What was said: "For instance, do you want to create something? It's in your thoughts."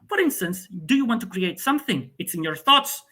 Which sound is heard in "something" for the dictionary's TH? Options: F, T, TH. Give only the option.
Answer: TH